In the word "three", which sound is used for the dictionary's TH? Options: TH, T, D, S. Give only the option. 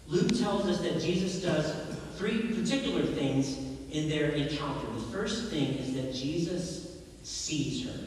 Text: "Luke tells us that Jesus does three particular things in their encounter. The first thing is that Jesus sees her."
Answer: TH